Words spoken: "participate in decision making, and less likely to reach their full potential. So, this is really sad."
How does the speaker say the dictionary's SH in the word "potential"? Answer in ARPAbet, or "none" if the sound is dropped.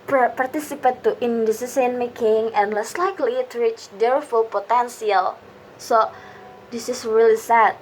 S